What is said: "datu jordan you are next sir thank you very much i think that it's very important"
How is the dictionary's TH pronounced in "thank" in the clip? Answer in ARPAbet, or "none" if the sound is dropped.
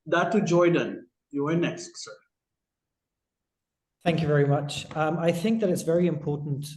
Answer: TH